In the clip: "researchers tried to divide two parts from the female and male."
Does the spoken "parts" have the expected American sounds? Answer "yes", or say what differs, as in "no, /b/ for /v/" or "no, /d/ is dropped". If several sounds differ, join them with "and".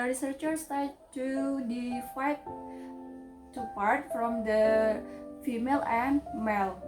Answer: no, /s/ is dropped